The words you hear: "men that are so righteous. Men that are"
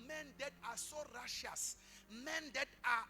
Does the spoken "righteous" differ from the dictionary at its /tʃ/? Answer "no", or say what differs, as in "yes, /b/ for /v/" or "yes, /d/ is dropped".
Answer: yes, /ʃ/ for /tʃ/